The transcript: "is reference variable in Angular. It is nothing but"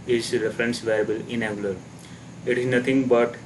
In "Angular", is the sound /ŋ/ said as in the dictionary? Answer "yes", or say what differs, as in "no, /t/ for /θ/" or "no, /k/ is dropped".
no, /ŋ/ is dropped